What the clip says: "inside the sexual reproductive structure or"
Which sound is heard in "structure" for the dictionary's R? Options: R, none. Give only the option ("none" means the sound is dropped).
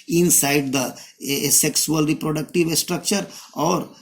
R